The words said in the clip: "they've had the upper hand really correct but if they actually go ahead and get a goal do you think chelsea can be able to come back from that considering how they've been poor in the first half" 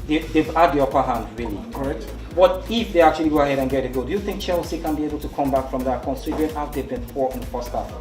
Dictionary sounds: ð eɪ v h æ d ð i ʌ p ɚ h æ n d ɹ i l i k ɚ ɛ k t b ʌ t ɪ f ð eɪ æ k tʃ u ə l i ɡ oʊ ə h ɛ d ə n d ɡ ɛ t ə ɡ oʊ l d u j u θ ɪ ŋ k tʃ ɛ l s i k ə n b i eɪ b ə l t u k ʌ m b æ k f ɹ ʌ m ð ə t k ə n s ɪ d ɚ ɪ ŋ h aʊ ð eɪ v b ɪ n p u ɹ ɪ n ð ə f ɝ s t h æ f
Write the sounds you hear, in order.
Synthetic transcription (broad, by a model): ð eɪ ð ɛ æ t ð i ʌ p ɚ h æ n d ɹ i l i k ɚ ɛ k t b ʌ t ɪ f ð eɪ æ k tʃ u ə l i ɡ oʊ ə h ɛ d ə n ɡ ɛ t ə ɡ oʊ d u j u θ ɪ ŋ k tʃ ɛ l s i k ə n b i eɪ b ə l t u k ʌ m b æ k f ɹ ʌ m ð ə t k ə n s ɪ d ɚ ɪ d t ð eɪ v b ɪ n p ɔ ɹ ɪ n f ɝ s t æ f